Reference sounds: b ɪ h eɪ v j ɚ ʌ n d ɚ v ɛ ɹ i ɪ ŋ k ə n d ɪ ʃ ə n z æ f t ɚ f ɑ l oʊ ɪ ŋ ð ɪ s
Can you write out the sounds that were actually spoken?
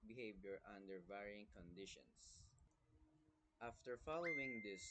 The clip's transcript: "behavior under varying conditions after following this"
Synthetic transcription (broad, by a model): b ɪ h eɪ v j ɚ ʌ n d ɚ v ɛ ɹ i ɪ ŋ k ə n d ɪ ʃ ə n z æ f t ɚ f ɑ l oʊ ɪ ŋ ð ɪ s